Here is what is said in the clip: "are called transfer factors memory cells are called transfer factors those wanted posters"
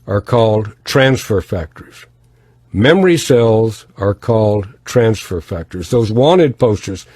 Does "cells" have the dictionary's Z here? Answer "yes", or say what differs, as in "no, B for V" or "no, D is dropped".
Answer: yes